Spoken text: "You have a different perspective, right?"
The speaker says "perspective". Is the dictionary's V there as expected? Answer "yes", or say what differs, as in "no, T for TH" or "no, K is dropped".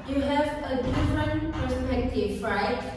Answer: no, F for V